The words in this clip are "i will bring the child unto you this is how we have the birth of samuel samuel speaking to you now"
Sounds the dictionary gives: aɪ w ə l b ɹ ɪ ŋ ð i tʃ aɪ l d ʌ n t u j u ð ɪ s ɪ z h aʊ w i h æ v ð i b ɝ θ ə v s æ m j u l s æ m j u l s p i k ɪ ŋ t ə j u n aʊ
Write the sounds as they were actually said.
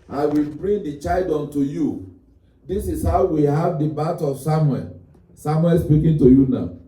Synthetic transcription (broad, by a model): aɪ w ə l b ɹ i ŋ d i tʃ aɪ l d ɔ n t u j u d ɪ s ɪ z h aʊ w i h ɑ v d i b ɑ t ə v s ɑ m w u l s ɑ m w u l s p i k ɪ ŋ t ə j u n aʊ